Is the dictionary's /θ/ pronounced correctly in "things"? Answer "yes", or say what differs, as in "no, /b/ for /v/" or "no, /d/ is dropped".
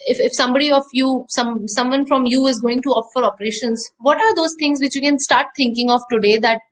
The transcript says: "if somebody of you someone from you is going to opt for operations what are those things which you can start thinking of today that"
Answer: no, /t/ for /θ/